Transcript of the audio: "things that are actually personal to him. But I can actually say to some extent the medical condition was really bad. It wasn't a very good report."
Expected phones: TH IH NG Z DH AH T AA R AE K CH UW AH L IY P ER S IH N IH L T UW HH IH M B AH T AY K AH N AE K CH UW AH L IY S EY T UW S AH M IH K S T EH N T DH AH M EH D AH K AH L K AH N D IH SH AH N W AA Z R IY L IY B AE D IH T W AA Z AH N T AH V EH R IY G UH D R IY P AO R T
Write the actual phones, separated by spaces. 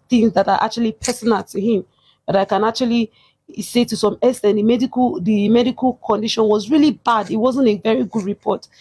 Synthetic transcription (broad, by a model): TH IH NG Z DH AH T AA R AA K CH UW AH L IY P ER S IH N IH L T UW HH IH M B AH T AY K AH N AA K CH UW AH L IY S EY T UW S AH M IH S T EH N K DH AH M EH D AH K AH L K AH N D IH SH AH N W AA Z R IY L IY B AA D IH T W AA Z AH N T AH V EH R IY G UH D R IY P AO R T